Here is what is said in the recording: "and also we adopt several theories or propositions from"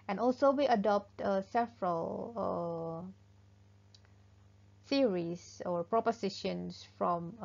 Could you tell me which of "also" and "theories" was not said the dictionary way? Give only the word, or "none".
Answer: theories